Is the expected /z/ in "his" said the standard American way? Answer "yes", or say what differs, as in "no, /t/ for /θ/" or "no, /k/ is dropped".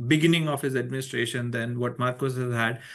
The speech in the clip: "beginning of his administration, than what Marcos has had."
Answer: yes